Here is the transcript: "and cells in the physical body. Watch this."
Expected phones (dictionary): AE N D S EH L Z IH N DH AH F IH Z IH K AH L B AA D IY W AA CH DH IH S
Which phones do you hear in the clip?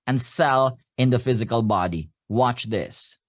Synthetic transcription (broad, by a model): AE N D S EH L IH N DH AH F IH Z IH K AH L B AA D IY W AA CH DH IH S